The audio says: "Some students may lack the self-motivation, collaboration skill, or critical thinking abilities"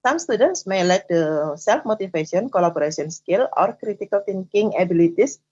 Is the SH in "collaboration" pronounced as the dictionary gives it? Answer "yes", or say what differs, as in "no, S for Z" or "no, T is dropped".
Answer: no, S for SH